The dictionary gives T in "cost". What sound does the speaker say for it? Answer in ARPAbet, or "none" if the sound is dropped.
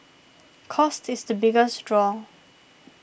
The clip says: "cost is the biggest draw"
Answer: T